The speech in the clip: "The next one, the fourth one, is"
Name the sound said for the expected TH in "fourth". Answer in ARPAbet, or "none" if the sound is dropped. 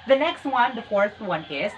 S